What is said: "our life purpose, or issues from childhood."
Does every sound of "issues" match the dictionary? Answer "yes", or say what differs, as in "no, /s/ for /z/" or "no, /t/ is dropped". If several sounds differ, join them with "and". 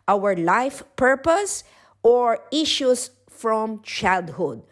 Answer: no, /s/ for /z/